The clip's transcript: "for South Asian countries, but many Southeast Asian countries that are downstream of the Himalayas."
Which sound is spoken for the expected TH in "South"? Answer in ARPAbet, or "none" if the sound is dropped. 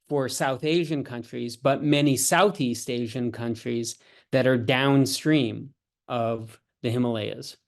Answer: TH